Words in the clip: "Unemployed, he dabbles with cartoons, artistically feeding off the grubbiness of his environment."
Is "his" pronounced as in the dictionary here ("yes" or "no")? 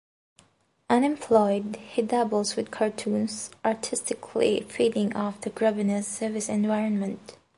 no